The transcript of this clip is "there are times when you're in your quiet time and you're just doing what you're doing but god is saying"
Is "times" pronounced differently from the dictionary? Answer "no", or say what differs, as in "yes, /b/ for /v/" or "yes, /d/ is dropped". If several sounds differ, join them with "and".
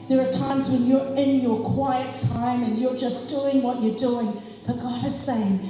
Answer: no